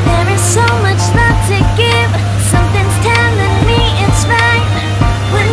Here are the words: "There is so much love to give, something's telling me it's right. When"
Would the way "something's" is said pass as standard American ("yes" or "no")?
yes